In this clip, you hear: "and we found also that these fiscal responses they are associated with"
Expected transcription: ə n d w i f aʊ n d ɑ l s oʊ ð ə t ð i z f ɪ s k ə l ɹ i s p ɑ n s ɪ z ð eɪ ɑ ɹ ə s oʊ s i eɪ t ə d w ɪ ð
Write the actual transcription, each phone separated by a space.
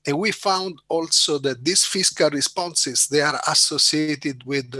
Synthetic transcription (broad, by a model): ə n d w i f aʊ n d ɑ l s oʊ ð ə t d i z f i s k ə l ɹ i s p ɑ n s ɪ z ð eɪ ɑ ɹ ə s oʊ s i eɪ t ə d w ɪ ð